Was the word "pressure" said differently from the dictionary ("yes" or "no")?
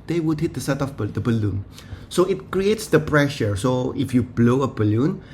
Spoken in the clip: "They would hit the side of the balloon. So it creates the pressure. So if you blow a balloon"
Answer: no